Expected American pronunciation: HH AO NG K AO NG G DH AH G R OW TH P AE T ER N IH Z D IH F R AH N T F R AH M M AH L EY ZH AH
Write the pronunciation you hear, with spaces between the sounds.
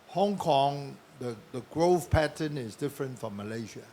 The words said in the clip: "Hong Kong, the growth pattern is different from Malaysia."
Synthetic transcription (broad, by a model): HH AO NG K AO NG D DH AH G R OW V P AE T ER N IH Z D IH F R AH N T F R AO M M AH L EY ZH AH